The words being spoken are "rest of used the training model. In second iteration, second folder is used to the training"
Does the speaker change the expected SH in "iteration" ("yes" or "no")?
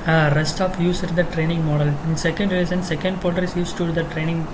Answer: yes